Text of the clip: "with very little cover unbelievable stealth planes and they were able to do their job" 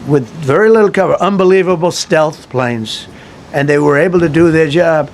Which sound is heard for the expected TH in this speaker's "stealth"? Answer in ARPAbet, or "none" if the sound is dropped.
TH